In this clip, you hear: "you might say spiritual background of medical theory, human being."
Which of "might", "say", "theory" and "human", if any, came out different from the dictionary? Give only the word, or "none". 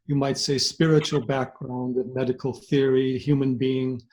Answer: none